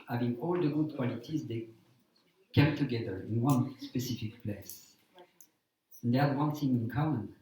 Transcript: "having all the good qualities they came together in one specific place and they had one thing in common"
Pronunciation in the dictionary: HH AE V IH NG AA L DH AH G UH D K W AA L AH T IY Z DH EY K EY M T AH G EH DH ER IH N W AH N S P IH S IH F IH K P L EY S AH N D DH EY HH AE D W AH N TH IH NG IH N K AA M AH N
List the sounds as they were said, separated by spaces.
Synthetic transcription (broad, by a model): HH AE V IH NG AA L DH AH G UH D K W AA L AH T IY Z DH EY K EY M T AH G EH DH ER IH N W AH N S P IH S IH F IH K P L EY S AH N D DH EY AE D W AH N S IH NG IH N K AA M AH N